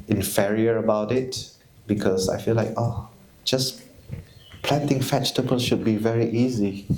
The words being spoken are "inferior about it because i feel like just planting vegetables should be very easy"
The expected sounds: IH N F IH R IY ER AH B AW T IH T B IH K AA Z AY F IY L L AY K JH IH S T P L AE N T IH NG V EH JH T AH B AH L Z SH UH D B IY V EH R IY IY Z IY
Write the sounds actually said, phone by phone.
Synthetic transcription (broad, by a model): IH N F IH R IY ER AH B AW T IH T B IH K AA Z AY F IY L L AY K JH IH S P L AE N T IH NG F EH CH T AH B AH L SH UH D B IY V EH R IY IY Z IY